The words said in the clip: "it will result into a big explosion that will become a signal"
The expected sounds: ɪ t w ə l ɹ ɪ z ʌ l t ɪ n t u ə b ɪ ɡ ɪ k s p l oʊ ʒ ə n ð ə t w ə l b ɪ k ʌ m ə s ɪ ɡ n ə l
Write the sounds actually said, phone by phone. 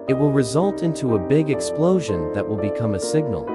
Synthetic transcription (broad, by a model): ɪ t w ə l ɹ ɪ z ʌ l t ɪ n t u ə b ɪ ɡ ɪ k s p l oʊ ʒ ə n ð ə t w ə l b ɪ k ʌ m ə s ɪ ɡ n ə l